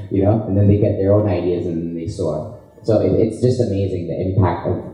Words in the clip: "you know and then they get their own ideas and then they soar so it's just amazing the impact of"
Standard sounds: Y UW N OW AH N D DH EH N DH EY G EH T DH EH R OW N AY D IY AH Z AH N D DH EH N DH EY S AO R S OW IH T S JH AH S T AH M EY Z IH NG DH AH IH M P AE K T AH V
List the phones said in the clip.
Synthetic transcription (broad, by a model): Y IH N OW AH N DH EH N DH EY G EH T DH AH R OW N AY D IY AH Z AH N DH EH N DH EY S AO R S OW IH T S JH AH S T AH M EY Z IH NG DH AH IH M P AE K T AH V